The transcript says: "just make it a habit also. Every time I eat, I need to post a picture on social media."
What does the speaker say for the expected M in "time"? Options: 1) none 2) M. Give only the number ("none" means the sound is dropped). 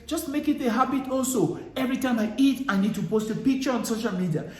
2